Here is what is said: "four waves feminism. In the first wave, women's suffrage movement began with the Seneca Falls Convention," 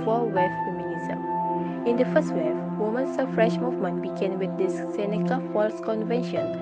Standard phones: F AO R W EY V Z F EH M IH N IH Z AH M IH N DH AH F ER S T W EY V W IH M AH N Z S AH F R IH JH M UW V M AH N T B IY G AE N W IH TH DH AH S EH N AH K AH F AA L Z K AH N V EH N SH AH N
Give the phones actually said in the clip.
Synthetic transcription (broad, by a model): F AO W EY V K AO M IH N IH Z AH M IH N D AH F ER S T W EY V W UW M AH N S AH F R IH SH M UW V M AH N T B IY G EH N W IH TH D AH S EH N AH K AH F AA L S K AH N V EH N SH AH N